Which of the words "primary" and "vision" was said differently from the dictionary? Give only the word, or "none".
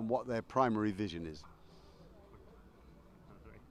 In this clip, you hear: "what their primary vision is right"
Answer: none